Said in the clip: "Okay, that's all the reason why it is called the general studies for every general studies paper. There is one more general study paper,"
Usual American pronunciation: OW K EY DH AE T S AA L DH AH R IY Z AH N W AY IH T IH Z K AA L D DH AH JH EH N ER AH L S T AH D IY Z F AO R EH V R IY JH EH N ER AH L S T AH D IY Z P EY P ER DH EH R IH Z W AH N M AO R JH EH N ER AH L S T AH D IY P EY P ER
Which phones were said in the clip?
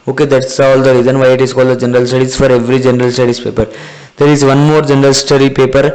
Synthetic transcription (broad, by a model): OW K EY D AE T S AA L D AH R IY Z AH N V AY IH T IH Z K AA L D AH JH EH N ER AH L S T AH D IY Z F AO R EH V R IY JH EH N ER AH L S T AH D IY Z P EY P ER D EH R IH Z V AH N M AO R JH EH N ER AH L S T AH D IY P EY P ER